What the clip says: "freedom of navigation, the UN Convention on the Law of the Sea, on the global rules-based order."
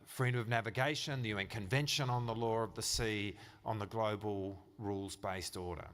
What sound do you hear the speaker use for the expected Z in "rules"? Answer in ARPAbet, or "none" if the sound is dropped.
Z